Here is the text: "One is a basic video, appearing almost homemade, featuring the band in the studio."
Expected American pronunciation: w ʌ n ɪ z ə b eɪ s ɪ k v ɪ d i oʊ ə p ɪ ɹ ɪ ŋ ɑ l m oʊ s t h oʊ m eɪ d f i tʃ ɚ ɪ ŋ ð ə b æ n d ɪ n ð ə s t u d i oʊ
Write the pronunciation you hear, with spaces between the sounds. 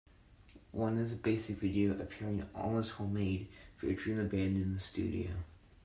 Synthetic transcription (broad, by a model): w ʌ n ɪ z ə b eɪ s ɪ k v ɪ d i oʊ ə p ɪ ɹ ɪ ŋ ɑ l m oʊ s h oʊ m eɪ d f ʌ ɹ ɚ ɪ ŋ ð ə b æ n d ɪ n ð ə s t u d i oʊ